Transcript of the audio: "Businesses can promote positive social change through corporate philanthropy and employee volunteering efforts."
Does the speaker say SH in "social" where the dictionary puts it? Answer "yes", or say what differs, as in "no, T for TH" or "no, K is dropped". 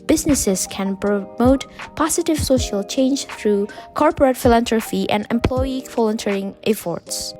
yes